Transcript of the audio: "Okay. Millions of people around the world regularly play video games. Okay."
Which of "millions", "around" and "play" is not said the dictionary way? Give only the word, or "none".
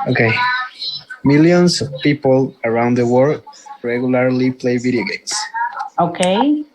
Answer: millions